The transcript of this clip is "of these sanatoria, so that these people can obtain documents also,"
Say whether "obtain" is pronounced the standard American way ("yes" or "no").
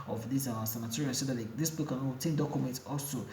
no